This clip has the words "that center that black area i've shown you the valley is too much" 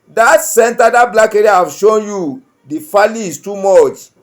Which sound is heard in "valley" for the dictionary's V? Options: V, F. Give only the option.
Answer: F